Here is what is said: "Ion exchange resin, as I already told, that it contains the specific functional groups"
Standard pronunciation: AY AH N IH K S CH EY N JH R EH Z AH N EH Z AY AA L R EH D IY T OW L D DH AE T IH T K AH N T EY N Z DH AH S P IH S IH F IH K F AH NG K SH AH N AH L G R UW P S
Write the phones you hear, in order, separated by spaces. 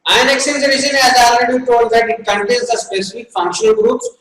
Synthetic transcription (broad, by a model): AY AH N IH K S EY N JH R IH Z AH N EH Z AA L R EH D IY T OW L D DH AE T IH T K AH N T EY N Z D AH S P IH S IH F IH K F AH NG K SH AH N AH L G R UW P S